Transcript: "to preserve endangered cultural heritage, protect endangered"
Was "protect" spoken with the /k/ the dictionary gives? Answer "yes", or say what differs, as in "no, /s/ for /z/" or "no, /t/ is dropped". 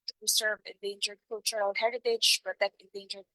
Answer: no, /k/ is dropped